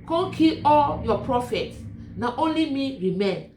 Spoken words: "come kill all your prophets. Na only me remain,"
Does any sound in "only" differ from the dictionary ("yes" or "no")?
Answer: no